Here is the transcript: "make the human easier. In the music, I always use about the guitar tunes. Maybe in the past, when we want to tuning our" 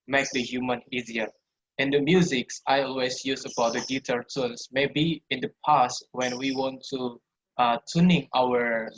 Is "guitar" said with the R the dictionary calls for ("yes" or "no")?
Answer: no